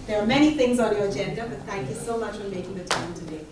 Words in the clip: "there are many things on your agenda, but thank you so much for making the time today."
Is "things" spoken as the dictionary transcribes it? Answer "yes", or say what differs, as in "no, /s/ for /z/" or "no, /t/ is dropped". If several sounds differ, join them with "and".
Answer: yes